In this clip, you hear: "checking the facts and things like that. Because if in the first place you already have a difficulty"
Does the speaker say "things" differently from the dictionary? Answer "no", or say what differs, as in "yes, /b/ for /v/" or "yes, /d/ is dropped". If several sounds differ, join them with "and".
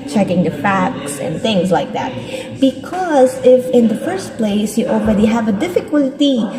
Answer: no